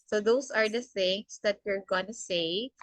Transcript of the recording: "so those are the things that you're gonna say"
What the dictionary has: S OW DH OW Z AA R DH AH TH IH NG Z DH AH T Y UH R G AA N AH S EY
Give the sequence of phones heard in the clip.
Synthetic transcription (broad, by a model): S OW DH OW S AA R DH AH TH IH NG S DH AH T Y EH R G AA N AH S EY